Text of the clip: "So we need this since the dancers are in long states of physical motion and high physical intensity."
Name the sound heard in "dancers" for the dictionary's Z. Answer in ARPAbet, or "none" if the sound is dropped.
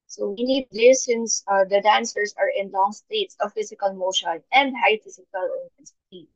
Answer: S